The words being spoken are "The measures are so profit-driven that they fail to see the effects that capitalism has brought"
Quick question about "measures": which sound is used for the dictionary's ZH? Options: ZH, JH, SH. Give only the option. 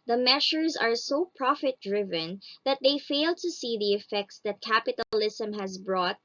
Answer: SH